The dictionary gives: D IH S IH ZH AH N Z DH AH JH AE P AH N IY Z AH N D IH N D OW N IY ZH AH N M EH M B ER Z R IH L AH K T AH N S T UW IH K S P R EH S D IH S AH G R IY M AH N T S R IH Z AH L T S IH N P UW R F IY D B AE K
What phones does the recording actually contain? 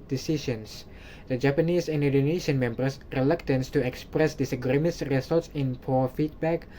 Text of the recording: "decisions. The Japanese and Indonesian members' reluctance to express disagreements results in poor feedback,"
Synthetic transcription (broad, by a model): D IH S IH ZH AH N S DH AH JH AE P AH N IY S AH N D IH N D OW N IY SH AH N M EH M B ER S R IH L AH K T AH N S T UW IH K S P R EH S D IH S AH G R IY M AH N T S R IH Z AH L T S IH N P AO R F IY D B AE K